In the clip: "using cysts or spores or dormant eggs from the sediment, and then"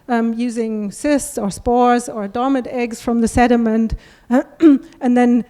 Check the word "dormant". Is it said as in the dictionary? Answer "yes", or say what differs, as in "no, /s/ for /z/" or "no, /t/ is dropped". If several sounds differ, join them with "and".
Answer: no, /n/ is dropped